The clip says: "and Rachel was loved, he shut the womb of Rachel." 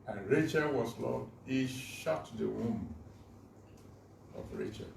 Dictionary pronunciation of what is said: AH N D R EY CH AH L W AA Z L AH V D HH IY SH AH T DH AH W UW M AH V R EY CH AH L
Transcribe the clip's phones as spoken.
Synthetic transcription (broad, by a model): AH N R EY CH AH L W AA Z L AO D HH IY SH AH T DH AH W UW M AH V R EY CH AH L